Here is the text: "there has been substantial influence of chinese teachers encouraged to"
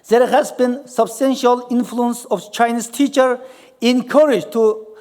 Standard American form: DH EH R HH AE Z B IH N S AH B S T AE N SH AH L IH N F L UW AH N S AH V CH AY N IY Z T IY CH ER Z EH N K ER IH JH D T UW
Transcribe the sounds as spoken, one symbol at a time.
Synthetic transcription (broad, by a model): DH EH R HH AE Z B IH N S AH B S T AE N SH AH L IH N F L UW AH N S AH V CH AY N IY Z T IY CH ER EH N K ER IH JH T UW